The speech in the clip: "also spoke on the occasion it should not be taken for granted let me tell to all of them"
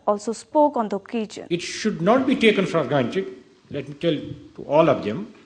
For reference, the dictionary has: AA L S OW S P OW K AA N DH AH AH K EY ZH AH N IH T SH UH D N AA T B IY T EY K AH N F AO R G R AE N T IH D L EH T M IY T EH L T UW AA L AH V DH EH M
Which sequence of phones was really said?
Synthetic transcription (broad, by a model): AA L S OW S P OW K AA N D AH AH K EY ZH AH N IH T SH UH D N AA T B IY T EY K AH N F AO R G AA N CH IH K L EH T M IY T EH L T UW AA L AH V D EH M